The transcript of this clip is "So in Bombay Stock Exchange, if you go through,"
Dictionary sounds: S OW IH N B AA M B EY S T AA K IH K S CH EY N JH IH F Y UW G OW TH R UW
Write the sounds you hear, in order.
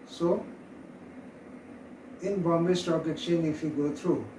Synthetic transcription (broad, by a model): S OW IH N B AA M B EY S T AA K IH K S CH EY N IH F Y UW G OW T R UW